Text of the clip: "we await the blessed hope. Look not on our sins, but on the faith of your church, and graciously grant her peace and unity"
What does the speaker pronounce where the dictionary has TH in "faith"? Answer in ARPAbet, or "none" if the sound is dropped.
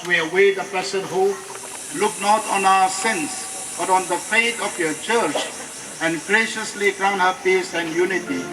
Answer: T